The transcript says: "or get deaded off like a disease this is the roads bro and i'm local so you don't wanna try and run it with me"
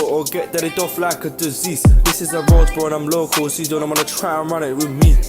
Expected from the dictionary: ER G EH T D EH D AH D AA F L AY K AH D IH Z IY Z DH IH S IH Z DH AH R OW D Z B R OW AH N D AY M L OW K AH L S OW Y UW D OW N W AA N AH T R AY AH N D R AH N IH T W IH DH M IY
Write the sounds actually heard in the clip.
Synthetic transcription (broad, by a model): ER G EH T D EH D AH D AA F L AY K AH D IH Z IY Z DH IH S IH Z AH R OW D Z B OW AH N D AY M L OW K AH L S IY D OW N W AA N AH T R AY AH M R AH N IH T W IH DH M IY